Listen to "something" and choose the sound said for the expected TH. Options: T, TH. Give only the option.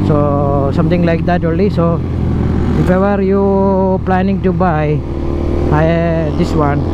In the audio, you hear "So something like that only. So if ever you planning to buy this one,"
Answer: T